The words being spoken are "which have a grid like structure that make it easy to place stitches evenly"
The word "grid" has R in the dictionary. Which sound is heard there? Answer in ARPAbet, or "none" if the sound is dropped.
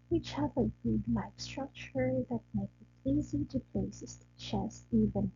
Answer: none